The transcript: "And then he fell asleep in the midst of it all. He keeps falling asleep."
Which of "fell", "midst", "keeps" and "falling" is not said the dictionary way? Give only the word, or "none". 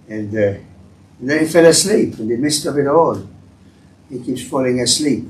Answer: none